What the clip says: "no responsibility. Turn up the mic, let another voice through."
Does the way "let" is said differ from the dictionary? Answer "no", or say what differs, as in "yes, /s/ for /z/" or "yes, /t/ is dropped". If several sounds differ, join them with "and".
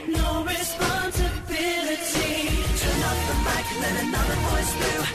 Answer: yes, /n/ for /l/